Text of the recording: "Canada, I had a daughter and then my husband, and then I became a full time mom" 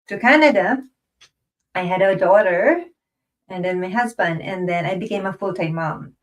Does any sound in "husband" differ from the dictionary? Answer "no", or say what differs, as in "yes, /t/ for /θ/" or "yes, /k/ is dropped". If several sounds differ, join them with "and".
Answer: no